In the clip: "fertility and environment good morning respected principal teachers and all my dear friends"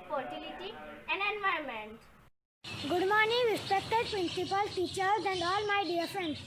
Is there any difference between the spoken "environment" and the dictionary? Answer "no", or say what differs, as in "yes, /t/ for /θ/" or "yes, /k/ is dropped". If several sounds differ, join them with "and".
yes, /ɹ/ is dropped